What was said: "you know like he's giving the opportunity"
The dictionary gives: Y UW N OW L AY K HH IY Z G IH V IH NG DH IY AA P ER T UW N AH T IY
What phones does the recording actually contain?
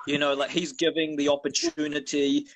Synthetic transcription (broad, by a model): Y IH N OW L AY K HH IY Z G IH V IH NG DH IY AA P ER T UW N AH T IY